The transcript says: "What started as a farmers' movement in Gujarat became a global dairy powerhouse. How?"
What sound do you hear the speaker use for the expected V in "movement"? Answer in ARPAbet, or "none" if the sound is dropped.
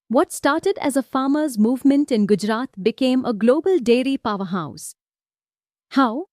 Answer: V